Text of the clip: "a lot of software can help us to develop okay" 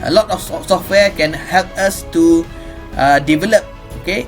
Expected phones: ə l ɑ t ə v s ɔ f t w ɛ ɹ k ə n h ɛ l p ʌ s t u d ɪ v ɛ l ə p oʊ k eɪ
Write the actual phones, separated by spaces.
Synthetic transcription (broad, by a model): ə l ɑ t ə f s ɔ f t w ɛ k ə n h ɛ l p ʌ s t u d ɪ v ɛ l ə p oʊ k eɪ